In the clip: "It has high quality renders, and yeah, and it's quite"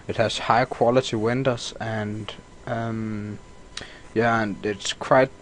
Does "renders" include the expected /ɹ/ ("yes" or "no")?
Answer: no